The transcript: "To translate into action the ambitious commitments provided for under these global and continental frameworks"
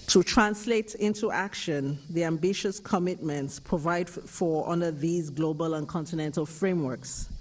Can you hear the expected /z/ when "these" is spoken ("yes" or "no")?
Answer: yes